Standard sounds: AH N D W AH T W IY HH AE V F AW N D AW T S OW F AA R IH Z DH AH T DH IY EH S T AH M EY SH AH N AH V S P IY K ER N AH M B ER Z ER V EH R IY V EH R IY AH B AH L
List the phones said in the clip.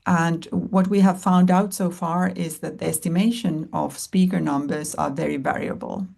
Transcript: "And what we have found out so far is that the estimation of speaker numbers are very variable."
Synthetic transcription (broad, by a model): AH N D W AH T W IY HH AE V F AW N D AW T S OW F AA R IH Z DH AH T DH IY EH S T AH M EY SH AH N AH V S P IY K ER N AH M B ER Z ER V EH R IY V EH R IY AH B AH L